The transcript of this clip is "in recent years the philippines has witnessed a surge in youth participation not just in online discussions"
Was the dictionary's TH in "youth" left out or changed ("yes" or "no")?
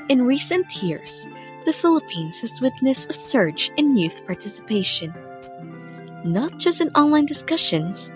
no